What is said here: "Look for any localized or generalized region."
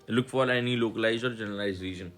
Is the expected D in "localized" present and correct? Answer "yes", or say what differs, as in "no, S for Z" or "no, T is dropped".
no, D is dropped